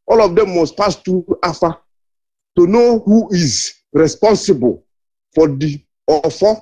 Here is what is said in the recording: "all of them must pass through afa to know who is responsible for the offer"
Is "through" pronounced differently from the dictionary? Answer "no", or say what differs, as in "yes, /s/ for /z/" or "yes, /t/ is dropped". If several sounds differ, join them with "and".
yes, /t/ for /θ/